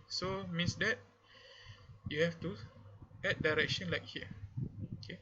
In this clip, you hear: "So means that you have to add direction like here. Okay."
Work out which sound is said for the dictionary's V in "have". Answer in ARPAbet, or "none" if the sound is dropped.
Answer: F